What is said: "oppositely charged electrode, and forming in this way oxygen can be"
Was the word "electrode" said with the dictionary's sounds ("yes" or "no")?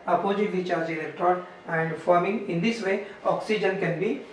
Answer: no